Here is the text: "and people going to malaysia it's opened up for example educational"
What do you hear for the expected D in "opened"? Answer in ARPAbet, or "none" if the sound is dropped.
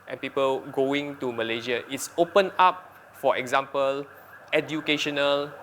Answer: none